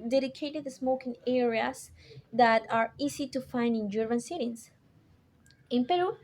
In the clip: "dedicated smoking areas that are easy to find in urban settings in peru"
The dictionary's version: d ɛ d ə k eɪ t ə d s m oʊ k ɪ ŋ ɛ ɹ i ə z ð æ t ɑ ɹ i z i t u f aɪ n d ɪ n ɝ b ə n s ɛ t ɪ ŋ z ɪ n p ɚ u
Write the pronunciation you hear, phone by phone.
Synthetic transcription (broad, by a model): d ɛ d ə k eɪ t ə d s m oʊ k ɪ ŋ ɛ ɹ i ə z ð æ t ɑ ɹ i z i t u f aɪ n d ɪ n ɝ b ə n s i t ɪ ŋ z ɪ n p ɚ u